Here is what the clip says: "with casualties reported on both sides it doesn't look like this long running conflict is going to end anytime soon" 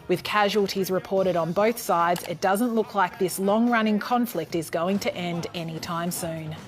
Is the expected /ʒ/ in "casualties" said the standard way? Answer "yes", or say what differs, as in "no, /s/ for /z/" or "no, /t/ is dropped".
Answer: yes